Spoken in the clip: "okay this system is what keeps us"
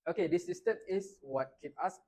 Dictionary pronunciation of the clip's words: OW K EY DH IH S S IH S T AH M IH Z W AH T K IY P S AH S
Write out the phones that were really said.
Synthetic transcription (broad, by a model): OW K EY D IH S S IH S T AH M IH S W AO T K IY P AA S